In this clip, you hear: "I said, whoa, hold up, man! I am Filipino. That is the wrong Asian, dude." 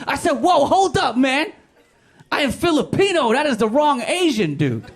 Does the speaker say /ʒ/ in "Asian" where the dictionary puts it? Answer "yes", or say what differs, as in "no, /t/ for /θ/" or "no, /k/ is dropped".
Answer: yes